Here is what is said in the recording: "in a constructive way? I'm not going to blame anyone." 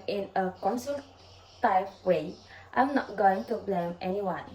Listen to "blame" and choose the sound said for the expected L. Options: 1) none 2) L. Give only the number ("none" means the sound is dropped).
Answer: 2